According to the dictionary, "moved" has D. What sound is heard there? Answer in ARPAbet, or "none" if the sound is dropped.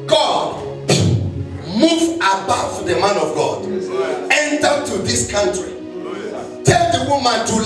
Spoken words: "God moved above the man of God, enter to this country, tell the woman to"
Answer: none